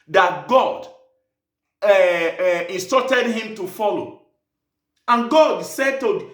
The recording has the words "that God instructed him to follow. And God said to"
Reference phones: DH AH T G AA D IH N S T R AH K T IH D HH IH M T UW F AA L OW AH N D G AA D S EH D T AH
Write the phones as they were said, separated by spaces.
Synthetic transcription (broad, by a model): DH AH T G AA D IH N S T AO T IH D HH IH M T UW F AA L OW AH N G AA D S EH D T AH